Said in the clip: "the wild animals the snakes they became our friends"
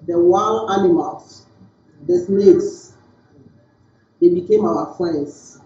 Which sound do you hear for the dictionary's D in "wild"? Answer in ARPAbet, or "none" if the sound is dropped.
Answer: none